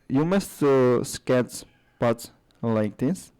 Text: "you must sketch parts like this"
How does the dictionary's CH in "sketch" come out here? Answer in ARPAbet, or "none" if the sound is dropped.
S